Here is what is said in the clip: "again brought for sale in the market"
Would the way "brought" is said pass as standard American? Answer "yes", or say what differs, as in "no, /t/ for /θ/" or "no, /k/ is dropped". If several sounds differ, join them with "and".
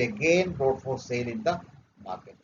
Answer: no, /ɹ/ is dropped